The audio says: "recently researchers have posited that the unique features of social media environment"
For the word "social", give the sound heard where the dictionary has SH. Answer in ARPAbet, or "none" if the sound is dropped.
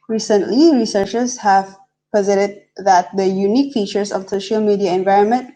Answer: SH